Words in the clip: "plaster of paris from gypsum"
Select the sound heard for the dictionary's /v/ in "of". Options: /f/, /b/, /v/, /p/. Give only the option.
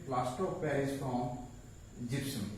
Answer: /p/